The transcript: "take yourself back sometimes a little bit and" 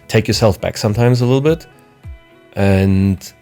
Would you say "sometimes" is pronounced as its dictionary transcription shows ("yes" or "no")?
yes